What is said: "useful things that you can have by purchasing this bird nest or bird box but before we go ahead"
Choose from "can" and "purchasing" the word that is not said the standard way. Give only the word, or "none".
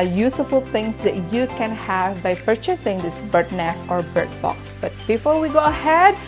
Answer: none